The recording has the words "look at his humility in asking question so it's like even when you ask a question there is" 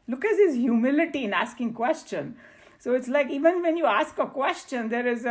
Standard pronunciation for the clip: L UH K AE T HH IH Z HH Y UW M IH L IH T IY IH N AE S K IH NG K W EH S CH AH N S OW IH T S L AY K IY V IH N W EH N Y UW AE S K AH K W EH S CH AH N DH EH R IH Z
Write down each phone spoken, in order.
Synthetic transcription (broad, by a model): L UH K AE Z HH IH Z HH Y UW M IH L IH T IY IH N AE S K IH NG K W EH S CH AH N S OW IH T S L AY K IY V IH N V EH N Y UW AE S K AH K W EH S CH AH N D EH R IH Z